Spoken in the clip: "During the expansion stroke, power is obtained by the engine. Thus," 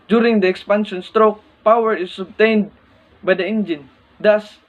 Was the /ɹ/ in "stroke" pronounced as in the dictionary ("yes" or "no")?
yes